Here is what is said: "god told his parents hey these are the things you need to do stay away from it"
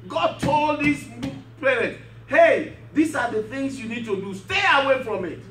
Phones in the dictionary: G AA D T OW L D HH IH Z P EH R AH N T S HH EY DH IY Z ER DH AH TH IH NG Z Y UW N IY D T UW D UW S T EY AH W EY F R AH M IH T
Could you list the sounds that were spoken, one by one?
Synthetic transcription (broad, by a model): G AA D T OW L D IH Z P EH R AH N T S HH EY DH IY S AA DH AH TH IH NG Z Y UW N IY D T UW D UW S T EY AH W EY F R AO M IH T